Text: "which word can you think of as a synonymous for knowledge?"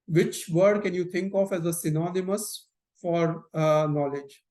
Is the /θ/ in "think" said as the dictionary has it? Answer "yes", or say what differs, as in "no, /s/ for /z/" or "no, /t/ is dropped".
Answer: no, /t/ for /θ/